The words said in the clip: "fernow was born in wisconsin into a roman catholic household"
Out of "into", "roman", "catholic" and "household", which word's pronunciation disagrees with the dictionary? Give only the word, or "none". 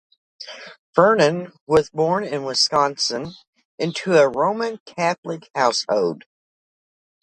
none